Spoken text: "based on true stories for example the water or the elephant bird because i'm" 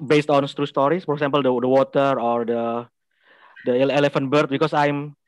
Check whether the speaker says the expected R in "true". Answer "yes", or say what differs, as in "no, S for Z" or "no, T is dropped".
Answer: yes